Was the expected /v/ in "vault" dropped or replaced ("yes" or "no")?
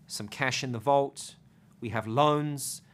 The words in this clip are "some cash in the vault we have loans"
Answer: no